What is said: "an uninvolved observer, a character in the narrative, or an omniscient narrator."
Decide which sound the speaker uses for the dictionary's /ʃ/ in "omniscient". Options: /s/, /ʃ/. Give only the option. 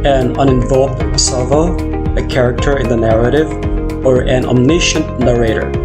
/ʃ/